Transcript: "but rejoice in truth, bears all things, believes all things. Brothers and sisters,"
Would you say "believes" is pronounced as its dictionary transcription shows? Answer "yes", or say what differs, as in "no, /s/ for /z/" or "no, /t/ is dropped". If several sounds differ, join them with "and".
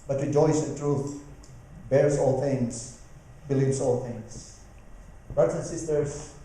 no, /s/ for /z/